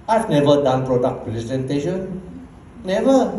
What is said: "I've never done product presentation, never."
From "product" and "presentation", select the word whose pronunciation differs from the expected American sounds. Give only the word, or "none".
presentation